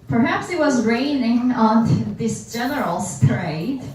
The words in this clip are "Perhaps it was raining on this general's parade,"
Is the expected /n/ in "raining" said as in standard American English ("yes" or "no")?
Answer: yes